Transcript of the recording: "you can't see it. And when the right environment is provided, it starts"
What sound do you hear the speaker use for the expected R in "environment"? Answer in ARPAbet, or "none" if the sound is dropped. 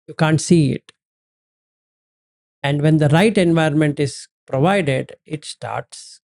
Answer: none